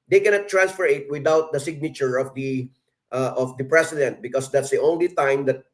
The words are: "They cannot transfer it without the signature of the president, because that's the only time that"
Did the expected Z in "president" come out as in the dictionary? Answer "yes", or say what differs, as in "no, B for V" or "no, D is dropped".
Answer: no, S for Z